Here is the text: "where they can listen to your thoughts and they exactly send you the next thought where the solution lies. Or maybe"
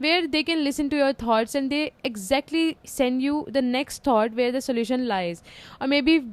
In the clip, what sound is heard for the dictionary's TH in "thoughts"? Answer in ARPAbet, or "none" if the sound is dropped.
T